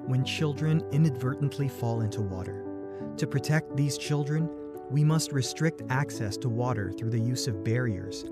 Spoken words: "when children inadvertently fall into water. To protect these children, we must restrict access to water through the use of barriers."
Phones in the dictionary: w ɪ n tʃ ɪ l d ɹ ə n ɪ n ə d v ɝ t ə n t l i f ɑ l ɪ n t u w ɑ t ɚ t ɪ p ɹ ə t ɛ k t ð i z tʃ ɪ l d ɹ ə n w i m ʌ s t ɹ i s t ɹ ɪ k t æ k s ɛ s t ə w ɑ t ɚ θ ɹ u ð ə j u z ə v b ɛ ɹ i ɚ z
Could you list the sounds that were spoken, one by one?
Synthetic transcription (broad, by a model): w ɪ n tʃ ɪ l d ɹ ə n ɪ n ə d v ɝ t n t l i f ɑ l ɪ n t u w ɑ t ɚ t ɪ p ɹ ə t ɛ k t ð i z tʃ ɪ l d ɹ ə n w i m ʌ s t ɹ i s t ɹ ɪ k t æ k s ɛ s t ə w ɑ t ɚ θ ɹ u ð ə j u z ə v b ɛ ɹ i ɚ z